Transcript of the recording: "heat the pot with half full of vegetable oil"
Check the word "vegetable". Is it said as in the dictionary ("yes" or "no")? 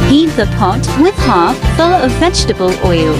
yes